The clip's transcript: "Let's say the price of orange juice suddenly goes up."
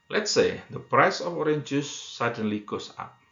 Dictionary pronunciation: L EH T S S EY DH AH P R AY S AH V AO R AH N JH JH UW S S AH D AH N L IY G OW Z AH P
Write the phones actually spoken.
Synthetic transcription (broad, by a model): L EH T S S EY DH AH P R AY S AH F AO R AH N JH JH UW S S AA D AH N L IY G OW S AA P